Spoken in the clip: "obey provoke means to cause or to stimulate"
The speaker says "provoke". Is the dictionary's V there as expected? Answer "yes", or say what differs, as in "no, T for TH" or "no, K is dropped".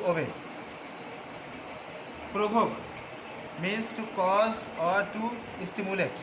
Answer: no, B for V